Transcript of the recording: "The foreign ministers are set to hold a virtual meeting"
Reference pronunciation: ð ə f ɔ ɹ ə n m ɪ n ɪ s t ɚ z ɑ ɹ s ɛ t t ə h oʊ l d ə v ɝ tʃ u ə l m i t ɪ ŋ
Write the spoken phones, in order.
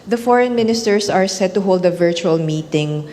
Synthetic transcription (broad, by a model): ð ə f ɔ ɹ ə n m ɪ n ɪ s t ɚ s ɑ ɹ s ɛ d t ə h oʊ l d ə v ɝ tʃ u ə l m i t ɪ ŋ